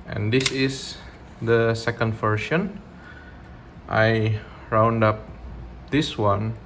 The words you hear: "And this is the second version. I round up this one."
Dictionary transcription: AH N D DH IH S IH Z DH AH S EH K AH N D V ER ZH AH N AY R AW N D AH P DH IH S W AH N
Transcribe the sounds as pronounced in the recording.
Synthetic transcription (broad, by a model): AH N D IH S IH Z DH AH S EH K AH N D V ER SH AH N AY R AW N D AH P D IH S W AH N